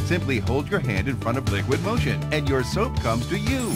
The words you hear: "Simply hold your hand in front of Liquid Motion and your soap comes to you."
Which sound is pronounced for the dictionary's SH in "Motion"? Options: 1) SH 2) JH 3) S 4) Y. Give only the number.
1